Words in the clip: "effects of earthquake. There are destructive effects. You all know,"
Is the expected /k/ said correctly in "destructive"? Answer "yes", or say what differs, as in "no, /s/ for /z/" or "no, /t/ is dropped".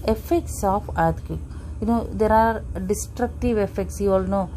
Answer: yes